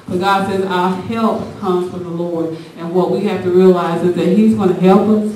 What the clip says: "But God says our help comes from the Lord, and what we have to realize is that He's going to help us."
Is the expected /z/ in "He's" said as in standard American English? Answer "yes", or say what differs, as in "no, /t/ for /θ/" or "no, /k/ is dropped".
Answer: yes